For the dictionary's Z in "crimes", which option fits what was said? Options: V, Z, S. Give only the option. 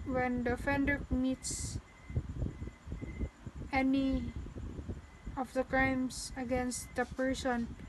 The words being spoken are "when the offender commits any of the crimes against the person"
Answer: S